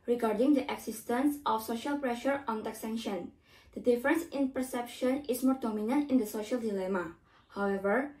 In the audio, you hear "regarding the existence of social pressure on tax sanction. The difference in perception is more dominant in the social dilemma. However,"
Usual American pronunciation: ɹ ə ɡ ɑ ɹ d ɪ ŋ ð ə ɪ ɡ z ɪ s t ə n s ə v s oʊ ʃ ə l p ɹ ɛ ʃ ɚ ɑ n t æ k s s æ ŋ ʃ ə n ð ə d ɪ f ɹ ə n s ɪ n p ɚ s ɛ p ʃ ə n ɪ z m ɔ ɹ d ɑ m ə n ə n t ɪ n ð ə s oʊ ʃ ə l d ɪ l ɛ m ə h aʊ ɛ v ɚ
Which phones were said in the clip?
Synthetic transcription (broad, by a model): ɹ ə ɡ ɑ ɹ d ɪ ŋ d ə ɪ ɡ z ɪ s t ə n s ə f s oʊ ʃ ə l p ɹ ɛ ʃ ɚ ɑ n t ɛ k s s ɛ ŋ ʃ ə n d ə d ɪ f ɹ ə n s ɪ n p ɚ s ɛ p ʃ ə n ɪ s m ɔ ɹ d ɑ m ə n ə n t ɪ n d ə s oʊ ʃ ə l d ɪ l ɛ m ə h aʊ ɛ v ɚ